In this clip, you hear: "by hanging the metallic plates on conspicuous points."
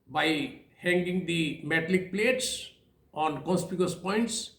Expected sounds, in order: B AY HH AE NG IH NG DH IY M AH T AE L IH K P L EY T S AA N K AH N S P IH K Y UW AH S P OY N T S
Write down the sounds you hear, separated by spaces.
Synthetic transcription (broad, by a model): B AY HH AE NG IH NG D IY M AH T L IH K P L EY T S AA N K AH S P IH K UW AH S P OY N T S